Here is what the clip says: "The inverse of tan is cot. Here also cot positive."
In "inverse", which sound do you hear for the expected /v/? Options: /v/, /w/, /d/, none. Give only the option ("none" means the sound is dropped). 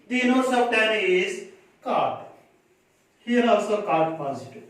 none